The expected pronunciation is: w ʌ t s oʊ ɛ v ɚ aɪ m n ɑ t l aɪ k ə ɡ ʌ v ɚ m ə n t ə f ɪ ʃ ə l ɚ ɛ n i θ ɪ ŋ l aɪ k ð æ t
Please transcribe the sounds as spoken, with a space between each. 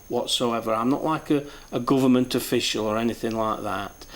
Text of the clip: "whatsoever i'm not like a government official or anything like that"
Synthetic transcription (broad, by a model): w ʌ t s oʊ ɛ v ɚ aɪ m n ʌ t l aɪ k ə ɡ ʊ v ɚ m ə n t ə f ɪ ʃ ə l ɚ ɛ n i θ ɪ ŋ l aɪ k ð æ t